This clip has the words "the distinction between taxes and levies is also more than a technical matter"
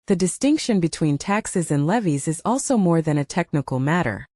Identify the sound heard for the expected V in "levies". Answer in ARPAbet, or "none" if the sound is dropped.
V